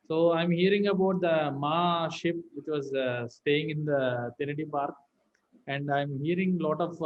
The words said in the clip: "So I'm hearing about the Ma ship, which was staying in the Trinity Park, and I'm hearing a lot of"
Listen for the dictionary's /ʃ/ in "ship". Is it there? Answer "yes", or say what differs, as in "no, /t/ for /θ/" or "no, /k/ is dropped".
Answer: yes